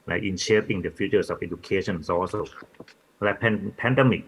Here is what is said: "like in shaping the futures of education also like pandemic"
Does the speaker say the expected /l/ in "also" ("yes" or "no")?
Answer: no